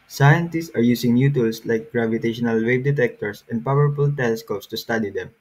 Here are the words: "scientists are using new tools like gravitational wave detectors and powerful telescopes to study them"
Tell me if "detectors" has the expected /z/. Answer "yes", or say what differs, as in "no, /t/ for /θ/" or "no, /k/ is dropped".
no, /s/ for /z/